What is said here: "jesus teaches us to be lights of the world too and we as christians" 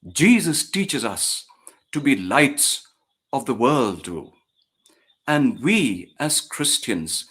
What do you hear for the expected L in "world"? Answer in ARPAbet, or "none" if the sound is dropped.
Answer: L